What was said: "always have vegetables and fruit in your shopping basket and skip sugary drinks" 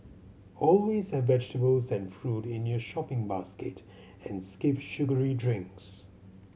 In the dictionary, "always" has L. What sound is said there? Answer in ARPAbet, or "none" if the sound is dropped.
L